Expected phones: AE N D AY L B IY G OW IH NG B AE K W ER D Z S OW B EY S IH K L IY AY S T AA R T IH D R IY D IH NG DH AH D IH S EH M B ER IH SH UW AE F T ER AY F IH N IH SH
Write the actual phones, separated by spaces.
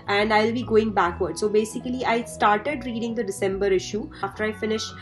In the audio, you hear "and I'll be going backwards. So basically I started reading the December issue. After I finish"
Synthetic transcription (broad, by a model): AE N D AY L B IY G OW IH NG B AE K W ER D S OW B EY S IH K L IY AY S T AA R T IH D R IY D IH NG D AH D IH S EH M B ER IH SH UW F T ER AY F IH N IH SH